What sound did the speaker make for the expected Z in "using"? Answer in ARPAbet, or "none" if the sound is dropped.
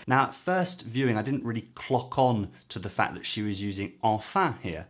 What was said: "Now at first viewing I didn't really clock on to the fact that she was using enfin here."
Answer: Z